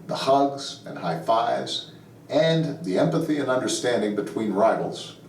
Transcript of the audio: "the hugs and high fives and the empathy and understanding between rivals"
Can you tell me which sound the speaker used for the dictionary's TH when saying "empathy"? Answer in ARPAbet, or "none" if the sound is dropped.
TH